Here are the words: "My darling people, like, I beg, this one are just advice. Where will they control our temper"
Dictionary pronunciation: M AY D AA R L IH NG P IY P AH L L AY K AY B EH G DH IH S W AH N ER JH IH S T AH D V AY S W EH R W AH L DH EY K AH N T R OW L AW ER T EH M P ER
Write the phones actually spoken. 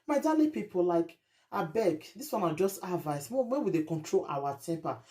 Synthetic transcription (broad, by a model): M AY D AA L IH P IY P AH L L AY K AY B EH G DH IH S W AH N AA JH IH S T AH V AY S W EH W W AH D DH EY K AH N T R OW L AW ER T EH M P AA